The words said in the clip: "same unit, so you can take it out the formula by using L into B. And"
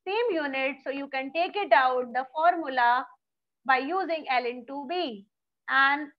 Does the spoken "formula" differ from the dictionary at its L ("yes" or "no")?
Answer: no